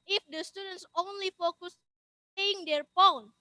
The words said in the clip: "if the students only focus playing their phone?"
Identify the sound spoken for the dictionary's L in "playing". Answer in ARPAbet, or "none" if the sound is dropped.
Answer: none